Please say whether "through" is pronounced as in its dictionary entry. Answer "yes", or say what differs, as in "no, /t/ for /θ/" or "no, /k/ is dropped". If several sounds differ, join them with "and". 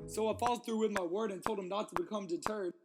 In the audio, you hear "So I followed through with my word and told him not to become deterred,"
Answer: yes